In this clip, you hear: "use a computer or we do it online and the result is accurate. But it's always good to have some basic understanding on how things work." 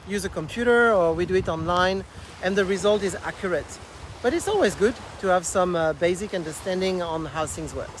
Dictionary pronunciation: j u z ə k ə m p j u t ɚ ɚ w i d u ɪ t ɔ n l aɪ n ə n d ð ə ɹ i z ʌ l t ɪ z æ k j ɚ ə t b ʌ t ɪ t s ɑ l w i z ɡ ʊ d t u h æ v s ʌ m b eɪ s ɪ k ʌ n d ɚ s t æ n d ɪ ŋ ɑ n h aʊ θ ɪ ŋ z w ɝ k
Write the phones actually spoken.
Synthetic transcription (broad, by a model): j u z ə k ə m p j u t ɚ ɚ w i d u ɪ t ɔ n l aɪ n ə n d ð ə ɹ i z ʌ l t ɪ z æ k j ɚ ə t b ʌ t ɪ t s ɑ l w i z ɡ ʊ d t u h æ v s ʌ m b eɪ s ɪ k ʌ n d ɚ s t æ n d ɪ ŋ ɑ n h aʊ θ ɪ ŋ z w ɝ